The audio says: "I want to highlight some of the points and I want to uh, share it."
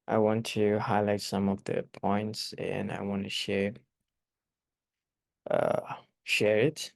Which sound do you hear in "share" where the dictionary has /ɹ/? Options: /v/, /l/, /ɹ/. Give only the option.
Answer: /ɹ/